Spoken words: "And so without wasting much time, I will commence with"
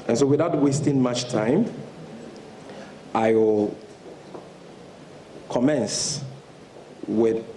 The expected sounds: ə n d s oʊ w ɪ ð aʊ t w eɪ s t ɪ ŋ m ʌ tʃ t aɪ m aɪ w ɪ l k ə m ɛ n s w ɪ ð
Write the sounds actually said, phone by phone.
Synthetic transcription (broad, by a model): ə n s oʊ w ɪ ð aʊ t w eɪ s t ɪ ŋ m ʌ tʃ t aɪ m aɪ w ɪ l k ə m ɛ n s w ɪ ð